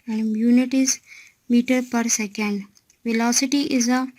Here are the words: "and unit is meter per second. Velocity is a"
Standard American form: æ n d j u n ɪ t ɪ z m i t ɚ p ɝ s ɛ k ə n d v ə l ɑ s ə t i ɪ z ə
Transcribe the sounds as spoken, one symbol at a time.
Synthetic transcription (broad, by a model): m j u n ɪ t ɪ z m i t ɚ p ɝ s ɛ k ə n d v ə l ɑ s ə t i ɪ z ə